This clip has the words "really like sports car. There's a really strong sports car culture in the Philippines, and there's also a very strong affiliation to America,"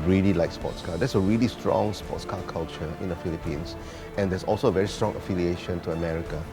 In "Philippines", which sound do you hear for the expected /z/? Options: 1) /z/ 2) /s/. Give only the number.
2